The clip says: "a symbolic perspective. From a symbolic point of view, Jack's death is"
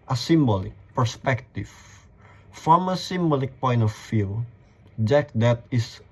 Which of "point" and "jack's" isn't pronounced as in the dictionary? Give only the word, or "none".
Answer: jack's